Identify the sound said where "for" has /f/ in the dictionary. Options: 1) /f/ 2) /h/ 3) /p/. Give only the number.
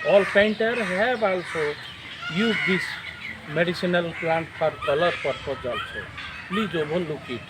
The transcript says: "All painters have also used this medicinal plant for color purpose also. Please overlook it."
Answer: 3